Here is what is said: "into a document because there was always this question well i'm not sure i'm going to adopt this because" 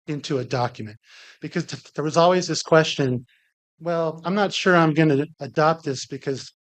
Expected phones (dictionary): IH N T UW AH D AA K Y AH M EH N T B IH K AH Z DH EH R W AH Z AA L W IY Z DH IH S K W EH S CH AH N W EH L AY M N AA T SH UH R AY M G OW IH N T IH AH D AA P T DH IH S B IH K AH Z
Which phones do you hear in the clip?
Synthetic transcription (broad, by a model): IH N T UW AH D AA K Y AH M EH N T B IH K AH Z DH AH R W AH Z AA L W IY Z DH IH S K W EH S CH AH N W EH L AY M N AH T SH UH R AY M G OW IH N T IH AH D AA P T DH IH S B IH K AH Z